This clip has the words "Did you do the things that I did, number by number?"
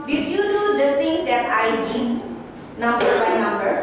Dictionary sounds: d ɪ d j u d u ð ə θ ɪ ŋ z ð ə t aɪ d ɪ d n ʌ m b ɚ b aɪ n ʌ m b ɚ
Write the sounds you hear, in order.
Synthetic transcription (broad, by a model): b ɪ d j u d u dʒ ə s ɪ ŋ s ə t aɪ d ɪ n ʌ m b ɚ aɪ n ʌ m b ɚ